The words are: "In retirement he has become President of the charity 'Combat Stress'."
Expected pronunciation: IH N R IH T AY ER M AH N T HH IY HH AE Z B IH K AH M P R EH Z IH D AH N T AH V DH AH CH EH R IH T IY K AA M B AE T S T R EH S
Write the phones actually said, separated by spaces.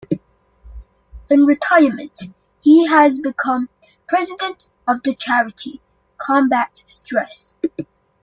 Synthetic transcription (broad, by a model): IH N R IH T AY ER M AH N T HH IY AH Z B IH K AH M P R EH Z IH D AH N T AH V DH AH CH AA R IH T IY K AA M B AE T S T R EH S